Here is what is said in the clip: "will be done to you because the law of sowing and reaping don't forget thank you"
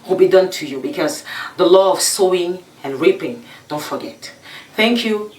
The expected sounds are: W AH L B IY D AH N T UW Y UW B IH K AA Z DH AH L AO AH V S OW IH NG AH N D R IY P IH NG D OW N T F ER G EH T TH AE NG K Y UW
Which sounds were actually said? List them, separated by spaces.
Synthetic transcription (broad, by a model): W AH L B IY D AH N T UW Y UW B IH K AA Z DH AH L AO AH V S OW IH NG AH N R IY P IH NG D OW N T F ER G EH T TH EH NG K Y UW